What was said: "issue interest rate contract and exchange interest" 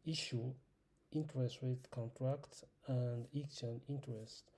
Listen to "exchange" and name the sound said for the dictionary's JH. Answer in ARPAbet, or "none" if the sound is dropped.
none